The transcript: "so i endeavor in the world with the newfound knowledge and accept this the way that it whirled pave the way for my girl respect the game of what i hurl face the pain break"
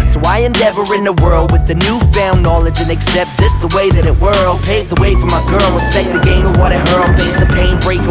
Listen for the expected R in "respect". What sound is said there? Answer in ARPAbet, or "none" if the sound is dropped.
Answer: W